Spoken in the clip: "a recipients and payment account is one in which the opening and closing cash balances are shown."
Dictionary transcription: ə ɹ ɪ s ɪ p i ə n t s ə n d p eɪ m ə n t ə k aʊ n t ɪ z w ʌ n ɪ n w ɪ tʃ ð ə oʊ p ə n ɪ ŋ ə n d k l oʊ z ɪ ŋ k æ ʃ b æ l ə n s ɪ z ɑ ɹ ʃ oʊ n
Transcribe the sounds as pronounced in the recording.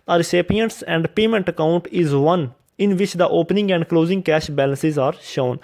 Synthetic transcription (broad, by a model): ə ɹ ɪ s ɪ p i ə n t s ə n d p eɪ m ə n t ə k aʊ n t ɪ z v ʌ n ɪ n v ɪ tʃ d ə oʊ p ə n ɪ ŋ ə n d k l oʊ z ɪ ŋ k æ ʃ b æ l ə n s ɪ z ɑ ɹ ʃ oʊ n